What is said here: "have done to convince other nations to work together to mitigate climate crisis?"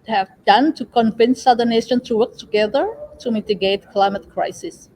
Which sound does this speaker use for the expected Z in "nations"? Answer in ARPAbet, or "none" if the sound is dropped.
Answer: none